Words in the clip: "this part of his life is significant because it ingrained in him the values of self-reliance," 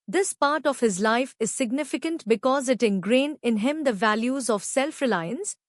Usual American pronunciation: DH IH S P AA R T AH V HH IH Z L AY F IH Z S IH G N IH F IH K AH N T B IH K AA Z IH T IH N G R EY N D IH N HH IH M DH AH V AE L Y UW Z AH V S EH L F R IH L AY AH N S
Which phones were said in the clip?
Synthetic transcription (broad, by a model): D IH S P AA R T AH V HH IH Z L AY F IH Z S IH G N IH F IH K AH N T B IH K AA Z IH T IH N G R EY N IH N HH IH M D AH V AE L Y UW Z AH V S EH L F R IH L AY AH N S